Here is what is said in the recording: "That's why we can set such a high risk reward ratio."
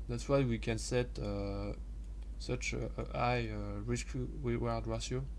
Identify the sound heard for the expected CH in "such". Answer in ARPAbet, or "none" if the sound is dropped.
S